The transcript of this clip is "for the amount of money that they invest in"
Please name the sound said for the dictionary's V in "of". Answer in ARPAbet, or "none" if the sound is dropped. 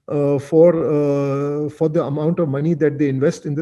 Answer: V